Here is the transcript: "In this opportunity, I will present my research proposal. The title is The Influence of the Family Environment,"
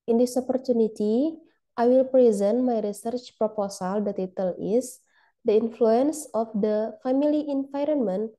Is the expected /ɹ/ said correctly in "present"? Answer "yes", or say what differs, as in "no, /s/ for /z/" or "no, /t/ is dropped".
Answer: yes